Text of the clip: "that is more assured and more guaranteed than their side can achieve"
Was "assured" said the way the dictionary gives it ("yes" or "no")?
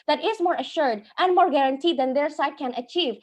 yes